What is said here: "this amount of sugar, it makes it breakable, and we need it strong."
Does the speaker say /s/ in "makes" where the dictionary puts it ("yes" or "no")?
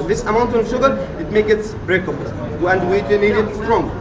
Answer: no